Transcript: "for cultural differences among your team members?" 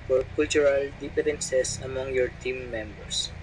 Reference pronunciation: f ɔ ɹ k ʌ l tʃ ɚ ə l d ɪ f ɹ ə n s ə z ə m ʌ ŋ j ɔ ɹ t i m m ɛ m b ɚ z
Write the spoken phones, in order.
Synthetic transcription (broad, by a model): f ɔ ɹ k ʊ l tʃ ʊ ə l d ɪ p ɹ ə n s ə s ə m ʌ ŋ j ɔ ɹ t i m m ɛ m b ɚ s